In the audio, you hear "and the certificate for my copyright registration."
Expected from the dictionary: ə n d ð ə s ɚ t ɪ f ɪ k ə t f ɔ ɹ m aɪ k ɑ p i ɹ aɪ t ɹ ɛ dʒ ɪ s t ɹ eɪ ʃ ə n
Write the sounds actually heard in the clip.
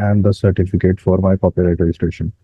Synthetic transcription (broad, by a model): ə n d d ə s ɚ t ɪ f ɪ k ə t f ɔ ɹ m aɪ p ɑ p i l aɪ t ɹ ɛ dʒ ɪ s t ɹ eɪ ʃ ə n